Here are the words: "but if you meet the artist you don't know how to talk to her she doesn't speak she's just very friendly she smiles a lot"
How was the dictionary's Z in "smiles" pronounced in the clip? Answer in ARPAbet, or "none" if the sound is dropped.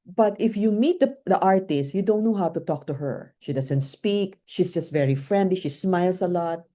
S